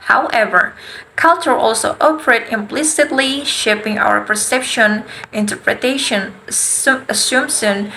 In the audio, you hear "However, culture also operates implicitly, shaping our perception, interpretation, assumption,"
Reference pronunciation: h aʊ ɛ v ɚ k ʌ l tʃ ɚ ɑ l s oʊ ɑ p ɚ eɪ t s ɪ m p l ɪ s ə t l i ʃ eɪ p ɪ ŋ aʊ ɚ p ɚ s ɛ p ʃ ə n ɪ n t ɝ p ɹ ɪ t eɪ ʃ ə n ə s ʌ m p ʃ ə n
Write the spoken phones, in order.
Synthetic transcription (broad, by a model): h aʊ ɛ v ɚ k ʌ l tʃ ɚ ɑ l s oʊ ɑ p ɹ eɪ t ɪ m p l ɪ s ə t l i ʃ eɪ p ɪ ŋ aʊ ɚ p ɚ s ɛ p ʃ ə n ɪ n t ɝ p ɹ ɪ t eɪ ʃ ə n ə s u m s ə n